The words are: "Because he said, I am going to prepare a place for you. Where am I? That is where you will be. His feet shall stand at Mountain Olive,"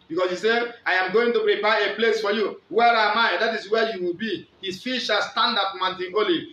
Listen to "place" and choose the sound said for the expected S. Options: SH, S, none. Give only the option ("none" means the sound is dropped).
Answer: S